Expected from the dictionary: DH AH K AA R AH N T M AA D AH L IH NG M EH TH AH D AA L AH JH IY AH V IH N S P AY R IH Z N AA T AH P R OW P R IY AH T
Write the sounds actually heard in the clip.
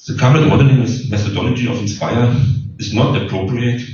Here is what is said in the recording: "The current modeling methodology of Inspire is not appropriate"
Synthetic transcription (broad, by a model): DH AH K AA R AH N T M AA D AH N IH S M EH TH AH D AA L AH JH IY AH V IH N S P AY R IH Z N AA T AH P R OW P R IY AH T